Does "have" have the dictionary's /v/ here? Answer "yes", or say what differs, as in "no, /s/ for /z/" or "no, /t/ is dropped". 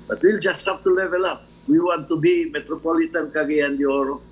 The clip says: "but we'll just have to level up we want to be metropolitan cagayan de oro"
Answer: no, /p/ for /v/